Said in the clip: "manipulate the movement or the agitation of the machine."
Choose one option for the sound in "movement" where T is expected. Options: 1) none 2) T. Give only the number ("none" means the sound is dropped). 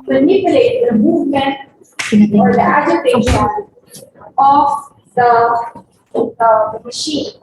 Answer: 1